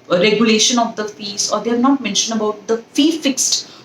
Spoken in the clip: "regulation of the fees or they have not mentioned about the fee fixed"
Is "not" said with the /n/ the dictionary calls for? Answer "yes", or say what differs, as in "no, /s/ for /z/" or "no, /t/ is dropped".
yes